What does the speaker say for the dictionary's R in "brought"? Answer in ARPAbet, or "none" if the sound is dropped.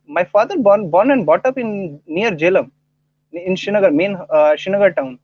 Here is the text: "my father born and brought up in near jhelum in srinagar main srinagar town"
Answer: none